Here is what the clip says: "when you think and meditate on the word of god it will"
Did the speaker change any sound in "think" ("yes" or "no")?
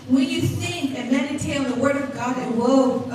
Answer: yes